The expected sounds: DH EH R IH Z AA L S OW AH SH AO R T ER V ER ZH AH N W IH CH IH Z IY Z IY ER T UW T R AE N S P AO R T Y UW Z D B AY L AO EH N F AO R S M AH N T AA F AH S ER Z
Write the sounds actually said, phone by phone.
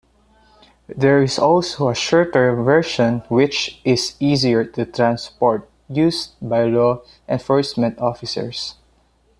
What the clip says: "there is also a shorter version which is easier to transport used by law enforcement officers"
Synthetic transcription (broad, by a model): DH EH R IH S AA L S OW AH SH AO R T ER V ER SH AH N W IH CH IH S IY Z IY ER T UW T R AE N S P AO R T Y UW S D B AY L AO EH N F AO R S M AH N T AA F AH S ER S